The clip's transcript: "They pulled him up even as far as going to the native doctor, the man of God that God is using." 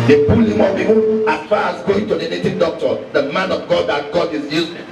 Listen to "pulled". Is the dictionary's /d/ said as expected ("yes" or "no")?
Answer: no